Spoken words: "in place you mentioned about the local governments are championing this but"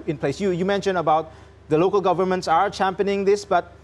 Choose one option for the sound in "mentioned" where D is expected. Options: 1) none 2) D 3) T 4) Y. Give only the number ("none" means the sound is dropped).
1